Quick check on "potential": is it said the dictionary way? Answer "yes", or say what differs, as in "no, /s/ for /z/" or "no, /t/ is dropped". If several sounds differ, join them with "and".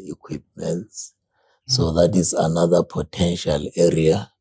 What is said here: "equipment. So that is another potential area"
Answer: yes